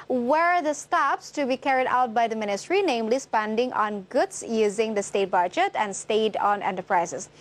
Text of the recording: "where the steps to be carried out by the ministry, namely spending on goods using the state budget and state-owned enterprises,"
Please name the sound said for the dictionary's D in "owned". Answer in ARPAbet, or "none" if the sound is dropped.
none